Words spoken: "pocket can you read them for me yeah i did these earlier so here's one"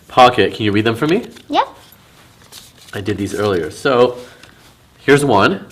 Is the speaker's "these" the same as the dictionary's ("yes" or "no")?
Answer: yes